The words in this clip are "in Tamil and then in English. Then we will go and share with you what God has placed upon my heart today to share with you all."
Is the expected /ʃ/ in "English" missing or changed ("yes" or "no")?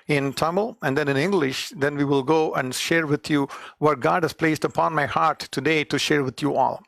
no